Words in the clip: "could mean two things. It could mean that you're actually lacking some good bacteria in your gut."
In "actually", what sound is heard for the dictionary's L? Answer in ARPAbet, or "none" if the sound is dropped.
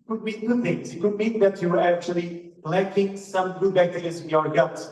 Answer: L